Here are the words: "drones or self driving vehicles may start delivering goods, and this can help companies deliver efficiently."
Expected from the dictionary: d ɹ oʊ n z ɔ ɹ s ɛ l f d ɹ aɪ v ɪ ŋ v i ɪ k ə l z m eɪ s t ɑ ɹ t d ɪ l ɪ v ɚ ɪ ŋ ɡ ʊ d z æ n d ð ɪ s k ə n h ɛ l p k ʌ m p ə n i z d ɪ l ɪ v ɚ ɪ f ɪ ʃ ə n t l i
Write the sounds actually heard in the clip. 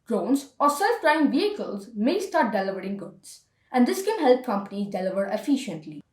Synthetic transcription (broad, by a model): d ɹ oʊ n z ɔ ɹ s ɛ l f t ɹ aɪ ɪ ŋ v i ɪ k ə l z m eɪ s t ɑ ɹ t d ɪ l ɪ v ɚ ɪ ŋ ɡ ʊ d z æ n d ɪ s k ə n h ɛ l p k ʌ m p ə n i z d ɪ l ɪ v ɚ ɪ f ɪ ʃ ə n t l i